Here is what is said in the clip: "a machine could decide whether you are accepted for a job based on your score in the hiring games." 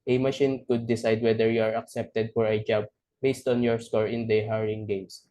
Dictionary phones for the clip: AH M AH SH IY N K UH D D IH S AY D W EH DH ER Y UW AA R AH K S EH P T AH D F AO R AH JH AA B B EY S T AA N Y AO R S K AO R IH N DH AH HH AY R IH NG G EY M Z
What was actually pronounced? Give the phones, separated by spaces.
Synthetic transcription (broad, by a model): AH M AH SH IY N K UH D D IH S AY D W EH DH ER Y UW AA R AH K S EH P T AH D F AO R AH JH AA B B EY S T AA N Y AO R S K AO R IH N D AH HH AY R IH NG G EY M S